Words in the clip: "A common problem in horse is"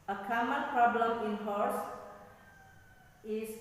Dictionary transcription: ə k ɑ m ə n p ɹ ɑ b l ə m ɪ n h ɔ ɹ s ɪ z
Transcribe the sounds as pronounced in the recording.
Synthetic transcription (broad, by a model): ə k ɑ m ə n p ɹ ɑ b l ə m ɪ n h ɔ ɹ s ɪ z